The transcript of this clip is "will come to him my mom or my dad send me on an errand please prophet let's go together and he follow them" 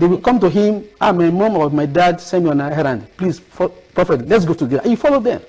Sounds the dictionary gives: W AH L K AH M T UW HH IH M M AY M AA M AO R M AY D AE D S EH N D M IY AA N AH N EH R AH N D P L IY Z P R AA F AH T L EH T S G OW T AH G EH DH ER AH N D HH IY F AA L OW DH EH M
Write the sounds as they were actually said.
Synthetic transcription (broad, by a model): W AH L K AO M T UW HH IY M M AY M AA M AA W M AY D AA D S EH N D M IY AA N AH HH EH R AH N D P L IY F P R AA F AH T L EH T S G OW T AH G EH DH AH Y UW F AA L OW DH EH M